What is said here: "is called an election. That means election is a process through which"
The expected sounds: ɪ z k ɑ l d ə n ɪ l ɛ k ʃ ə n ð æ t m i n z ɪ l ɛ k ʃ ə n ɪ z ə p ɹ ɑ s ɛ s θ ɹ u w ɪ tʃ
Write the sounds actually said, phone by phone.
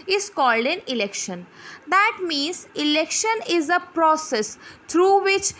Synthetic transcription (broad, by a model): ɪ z k ɑ l d ə n ɪ l ɛ k ʃ ə n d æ t m i n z ɪ l ɛ k ʃ ə n ɪ z ə p ɹ ɑ s ɛ s t ɹ u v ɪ tʃ